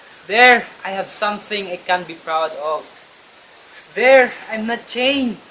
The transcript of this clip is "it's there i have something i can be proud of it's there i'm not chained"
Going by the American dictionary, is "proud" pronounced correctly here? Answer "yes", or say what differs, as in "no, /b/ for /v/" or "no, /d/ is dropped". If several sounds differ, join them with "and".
yes